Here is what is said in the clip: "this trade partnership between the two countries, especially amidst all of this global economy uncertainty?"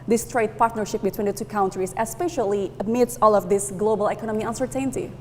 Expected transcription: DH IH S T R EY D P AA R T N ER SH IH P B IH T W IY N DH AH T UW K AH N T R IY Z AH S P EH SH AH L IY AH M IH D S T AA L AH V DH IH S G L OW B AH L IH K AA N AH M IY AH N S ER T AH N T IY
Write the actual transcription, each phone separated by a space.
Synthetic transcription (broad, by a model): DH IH S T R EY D P AA R T N ER SH IH P B IH T W IY N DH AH T UW K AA N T R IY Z AH S P EH SH AH L IY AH M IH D S AA L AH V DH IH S G L OW B AH L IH K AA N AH M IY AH N S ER T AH N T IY